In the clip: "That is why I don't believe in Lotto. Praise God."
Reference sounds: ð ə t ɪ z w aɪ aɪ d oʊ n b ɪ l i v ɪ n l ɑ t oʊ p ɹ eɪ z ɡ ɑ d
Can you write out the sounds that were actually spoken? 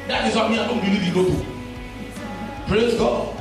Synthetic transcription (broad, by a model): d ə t ɪ z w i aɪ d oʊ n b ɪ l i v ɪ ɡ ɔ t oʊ p ɹ eɪ z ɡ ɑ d